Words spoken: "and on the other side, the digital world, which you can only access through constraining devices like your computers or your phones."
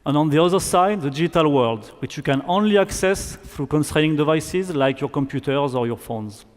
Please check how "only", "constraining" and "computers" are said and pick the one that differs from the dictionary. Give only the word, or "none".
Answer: none